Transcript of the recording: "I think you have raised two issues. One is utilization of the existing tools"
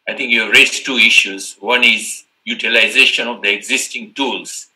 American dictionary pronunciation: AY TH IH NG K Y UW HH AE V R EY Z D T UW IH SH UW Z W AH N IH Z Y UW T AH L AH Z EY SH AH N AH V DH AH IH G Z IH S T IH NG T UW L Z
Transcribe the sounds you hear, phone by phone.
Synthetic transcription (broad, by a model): AY T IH NG K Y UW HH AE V R EY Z T UW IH SH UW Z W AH N IH Z Y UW T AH L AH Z EY SH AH N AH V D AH IH G Z IH S T IH NG T UW L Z